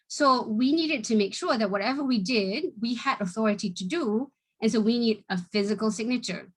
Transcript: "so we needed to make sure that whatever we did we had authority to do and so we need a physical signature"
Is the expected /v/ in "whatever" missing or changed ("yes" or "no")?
no